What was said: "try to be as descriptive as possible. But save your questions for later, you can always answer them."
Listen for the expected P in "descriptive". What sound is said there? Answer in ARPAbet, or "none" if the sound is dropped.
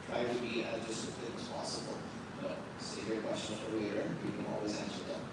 none